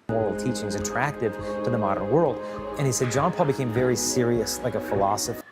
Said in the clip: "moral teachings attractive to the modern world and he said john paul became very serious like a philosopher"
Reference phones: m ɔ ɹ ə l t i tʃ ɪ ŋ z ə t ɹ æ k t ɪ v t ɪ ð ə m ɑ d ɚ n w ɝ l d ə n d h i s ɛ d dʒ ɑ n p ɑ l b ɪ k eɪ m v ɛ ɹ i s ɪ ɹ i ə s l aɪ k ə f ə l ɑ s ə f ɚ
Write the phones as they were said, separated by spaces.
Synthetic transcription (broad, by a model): m ɔ ɹ l t i tʃ ɪ ŋ z ə t ɹ æ k t ɪ v t ɪ ð ə m ɑ d ɚ n w ɝ l d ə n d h i s ɛ d dʒ ɑ n p ɑ l b ɪ k eɪ m v ɛ ɹ i s ɪ ɹ i ə s l aɪ k ə f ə l ɑ s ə f